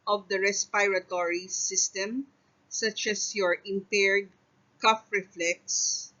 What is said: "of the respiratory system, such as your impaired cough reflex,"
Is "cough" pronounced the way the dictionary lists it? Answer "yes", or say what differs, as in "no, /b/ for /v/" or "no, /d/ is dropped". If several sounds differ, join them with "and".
yes